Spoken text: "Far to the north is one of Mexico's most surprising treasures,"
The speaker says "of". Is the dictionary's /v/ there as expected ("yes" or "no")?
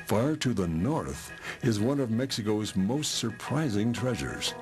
yes